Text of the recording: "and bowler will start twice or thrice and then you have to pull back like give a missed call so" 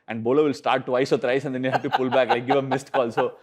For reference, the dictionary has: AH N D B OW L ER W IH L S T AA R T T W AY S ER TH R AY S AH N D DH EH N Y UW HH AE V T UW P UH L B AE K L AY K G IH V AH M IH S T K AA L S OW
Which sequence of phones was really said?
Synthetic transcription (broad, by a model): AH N D B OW L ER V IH L S T AA R T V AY S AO T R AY S AH N D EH N Y UW HH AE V T UW P UH L B AE K L AY K G IH V AH M IH S T K AA L S OW